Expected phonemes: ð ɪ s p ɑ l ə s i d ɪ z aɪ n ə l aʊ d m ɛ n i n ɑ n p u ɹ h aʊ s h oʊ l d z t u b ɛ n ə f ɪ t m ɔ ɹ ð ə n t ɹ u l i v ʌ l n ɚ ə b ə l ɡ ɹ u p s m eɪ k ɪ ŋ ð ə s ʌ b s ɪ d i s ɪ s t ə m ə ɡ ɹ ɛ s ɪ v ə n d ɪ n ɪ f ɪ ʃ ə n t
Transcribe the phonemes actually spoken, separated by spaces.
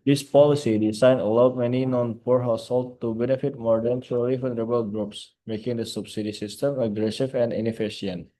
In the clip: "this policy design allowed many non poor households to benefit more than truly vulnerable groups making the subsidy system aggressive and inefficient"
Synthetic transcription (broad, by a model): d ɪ s p ɑ l ə s i d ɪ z aɪ n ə l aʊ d m ɛ n i n ɑ n p u ɹ h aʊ s h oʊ l t u b ɛ n ə f ɪ t m ɔ ɹ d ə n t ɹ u l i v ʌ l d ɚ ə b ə l ɡ ɹ u p s m eɪ k ɪ ŋ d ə s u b s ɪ d i s ɪ s t ə m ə ɡ ɹ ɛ s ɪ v ə n d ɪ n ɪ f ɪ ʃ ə n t